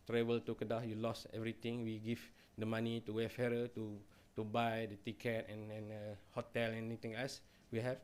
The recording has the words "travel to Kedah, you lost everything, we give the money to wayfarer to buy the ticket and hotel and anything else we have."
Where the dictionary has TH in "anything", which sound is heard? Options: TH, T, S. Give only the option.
T